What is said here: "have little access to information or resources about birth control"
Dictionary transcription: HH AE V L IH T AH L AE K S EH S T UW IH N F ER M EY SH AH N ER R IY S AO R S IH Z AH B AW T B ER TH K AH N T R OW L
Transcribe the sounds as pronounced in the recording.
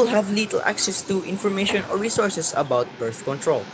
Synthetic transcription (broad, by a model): HH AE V L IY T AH L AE K S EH S T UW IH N F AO M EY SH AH N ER R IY S AO R S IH S AH B AW T B ER TH K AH N T R OW L